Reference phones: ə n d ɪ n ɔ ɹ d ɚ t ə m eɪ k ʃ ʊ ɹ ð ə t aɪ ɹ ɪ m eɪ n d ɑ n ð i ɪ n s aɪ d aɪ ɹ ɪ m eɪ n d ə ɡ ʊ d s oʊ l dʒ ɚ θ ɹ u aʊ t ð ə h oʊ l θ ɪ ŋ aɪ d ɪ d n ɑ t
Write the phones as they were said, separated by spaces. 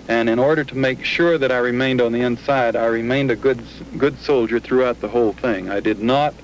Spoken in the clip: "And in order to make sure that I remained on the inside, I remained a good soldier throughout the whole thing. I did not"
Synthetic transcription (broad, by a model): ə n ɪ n ɔ ɹ d ɚ t ə m eɪ k ʃ ʊ ɹ ð ə t aɪ ɹ ɪ m eɪ n d n ð i ɪ n s aɪ d aɪ ɹ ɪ m eɪ n d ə ɡ ʊ d s oʊ l dʒ ɚ θ ɹ u aʊ t ð ə h oʊ l θ ɪ ŋ aɪ d ɪ d n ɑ t